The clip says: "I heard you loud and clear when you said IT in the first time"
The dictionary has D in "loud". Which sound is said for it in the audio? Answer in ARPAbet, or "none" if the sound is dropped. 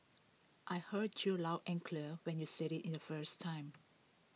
none